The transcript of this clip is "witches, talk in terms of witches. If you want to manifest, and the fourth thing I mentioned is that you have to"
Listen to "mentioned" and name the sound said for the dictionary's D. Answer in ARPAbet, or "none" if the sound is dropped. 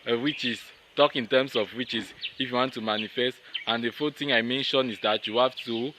none